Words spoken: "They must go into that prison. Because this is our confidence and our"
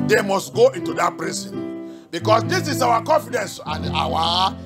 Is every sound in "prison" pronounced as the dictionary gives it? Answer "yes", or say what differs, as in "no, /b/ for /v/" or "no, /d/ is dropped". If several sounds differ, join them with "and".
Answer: no, /s/ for /z/